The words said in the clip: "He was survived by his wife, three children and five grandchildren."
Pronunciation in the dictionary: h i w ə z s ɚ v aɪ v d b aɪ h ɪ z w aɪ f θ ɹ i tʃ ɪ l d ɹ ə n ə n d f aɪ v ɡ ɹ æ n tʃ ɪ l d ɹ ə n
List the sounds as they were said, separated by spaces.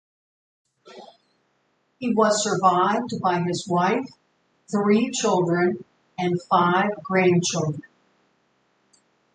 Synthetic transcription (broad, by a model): h i w ə z s ɚ v aɪ v d b aɪ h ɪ z w aɪ f θ ɹ i tʃ ɪ l d ɹ ə n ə n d f aɪ v ɡ ɹ æ n tʃ ɪ l d ɹ ə n